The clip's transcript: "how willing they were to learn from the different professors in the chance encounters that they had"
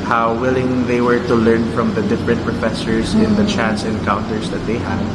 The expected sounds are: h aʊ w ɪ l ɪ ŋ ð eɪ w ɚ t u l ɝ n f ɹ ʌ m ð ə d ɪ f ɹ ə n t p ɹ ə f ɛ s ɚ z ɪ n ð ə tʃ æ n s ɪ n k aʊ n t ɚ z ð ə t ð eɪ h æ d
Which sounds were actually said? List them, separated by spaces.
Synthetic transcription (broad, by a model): h aʊ w ɪ l ɪ ŋ ð eɪ w ɚ t u l ɝ n f ɹ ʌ m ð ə d ɪ f ɹ ə n t p ɹ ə f ɛ s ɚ s ɪ n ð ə tʃ æ n s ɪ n k aʊ n t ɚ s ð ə t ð eɪ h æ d